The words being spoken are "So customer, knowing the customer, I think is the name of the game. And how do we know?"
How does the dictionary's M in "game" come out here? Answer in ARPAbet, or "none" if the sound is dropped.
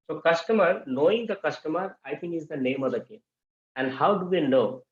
none